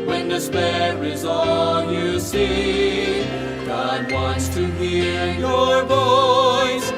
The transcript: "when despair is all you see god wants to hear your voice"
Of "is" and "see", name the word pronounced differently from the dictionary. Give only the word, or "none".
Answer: none